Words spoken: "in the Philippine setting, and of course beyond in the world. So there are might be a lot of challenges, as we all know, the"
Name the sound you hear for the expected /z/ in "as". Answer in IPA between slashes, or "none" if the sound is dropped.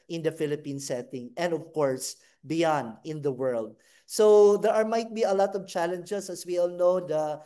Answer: /s/